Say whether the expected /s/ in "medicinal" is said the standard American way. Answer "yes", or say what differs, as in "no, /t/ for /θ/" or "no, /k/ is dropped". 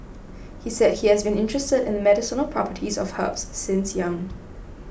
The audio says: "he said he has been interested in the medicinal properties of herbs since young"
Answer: yes